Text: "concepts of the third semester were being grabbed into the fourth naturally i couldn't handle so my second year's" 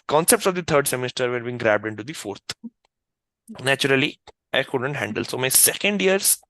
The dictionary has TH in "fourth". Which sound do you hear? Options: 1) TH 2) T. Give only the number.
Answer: 2